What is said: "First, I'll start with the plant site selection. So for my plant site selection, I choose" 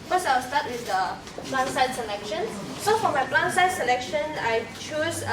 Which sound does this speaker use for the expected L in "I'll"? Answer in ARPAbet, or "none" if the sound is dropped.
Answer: W